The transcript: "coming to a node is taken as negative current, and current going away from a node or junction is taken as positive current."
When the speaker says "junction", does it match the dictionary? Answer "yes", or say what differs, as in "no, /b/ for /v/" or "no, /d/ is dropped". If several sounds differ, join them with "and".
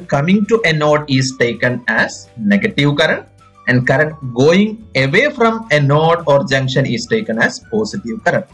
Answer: yes